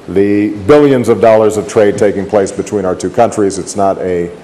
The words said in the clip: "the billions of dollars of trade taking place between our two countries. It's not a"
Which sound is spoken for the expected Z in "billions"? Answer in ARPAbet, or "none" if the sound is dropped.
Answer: Z